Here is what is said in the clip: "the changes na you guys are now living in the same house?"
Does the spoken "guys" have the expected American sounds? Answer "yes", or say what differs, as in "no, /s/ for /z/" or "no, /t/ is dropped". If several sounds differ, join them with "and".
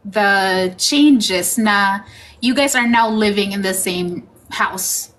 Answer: yes